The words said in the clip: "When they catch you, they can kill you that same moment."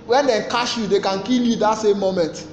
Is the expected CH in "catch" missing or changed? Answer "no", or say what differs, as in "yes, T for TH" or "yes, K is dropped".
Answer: yes, SH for CH